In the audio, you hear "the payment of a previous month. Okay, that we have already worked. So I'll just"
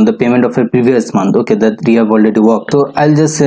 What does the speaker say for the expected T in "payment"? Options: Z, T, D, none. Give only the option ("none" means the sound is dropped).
T